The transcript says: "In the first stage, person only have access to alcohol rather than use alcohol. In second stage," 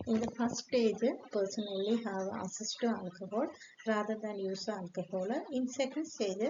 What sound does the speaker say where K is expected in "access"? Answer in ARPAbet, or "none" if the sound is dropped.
none